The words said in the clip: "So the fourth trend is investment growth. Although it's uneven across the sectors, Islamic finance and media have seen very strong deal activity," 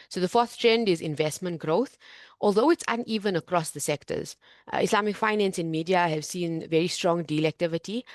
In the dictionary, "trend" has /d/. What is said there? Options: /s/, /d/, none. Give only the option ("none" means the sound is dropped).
/d/